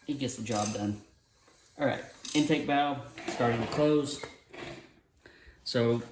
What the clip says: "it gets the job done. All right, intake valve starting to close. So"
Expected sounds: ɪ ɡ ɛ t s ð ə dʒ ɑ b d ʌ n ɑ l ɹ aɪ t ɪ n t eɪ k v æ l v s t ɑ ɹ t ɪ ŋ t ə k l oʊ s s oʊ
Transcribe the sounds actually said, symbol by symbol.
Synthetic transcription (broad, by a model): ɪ ɡ ɛ t s ð ə dʒ ɑ b d ʌ n ɑ l ɹ aɪ t ɪ n t eɪ k b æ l s t ɑ ɹ t ɪ ŋ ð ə k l oʊ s s oʊ